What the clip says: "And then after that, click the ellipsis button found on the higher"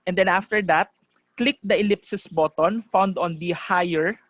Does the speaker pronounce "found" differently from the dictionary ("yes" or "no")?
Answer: no